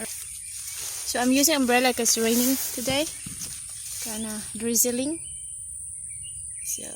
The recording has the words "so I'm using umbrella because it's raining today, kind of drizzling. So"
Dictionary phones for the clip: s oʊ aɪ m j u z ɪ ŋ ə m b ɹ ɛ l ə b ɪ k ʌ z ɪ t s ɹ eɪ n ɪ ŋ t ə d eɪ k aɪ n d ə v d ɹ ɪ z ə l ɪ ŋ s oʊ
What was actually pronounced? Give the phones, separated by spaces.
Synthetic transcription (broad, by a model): s oʊ aɪ m j u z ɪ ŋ ə m b ɹ ɛ l ə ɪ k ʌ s ɹ eɪ n ɪ ŋ t ə d eɪ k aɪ n ə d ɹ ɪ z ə l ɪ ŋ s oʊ